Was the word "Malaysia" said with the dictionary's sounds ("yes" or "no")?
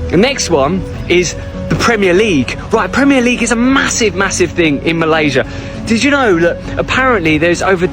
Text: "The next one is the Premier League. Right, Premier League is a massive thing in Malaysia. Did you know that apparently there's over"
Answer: yes